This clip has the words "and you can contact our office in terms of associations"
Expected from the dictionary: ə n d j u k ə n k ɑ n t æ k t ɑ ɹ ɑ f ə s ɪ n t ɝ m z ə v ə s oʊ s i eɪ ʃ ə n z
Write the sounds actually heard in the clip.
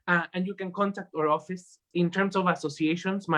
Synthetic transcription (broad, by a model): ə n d j u k ə n k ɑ n t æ k t ɑ ɹ ɑ f ə s ɪ n t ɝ m s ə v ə s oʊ s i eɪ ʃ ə n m